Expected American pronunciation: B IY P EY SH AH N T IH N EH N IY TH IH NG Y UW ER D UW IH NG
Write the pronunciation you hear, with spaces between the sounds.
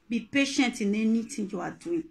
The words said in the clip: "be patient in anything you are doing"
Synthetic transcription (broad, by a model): B IY P EY SH AH N T IH N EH N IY T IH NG Y UW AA D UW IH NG